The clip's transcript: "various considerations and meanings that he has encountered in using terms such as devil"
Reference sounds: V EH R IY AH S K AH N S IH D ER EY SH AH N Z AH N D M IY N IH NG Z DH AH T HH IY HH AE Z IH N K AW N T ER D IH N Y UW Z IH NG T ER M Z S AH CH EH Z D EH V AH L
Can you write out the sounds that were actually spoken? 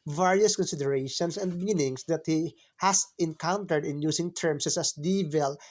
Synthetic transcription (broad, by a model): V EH R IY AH S K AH N S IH D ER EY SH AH N S AH N D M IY N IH NG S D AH T HH IY HH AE S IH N K AW N T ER D IH N Y UW S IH NG T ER M S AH S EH S D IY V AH L